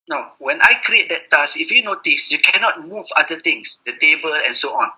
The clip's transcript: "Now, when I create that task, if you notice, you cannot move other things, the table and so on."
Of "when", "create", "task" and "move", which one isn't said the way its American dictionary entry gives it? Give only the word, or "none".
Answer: task